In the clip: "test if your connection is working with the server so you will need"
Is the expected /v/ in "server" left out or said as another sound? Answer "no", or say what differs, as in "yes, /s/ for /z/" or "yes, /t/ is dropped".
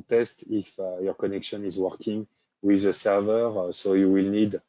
no